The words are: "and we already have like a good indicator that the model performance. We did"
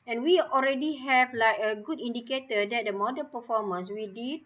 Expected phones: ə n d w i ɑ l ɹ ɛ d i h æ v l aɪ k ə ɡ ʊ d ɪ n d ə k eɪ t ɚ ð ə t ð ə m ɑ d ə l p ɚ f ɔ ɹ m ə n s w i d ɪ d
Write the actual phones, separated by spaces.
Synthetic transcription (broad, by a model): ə n w i ɑ l ɹ ɛ d i h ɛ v l aɪ k ə ɡ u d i n d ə k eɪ t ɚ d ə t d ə m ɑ d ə n p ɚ f ɔ m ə n s w i d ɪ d